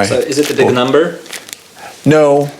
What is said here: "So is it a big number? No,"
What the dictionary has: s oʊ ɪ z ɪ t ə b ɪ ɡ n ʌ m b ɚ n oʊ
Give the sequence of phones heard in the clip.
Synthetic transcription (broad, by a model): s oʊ ɪ z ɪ t ə b ɪ ɡ n ʌ m b ɚ n oʊ